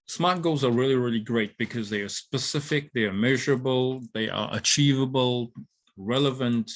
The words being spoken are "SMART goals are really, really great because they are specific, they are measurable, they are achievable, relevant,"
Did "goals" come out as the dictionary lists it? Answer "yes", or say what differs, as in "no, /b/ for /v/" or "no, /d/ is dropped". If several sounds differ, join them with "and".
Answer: yes